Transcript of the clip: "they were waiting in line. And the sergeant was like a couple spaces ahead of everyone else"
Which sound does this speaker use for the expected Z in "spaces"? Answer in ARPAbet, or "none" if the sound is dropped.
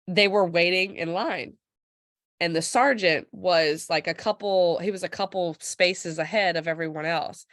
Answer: Z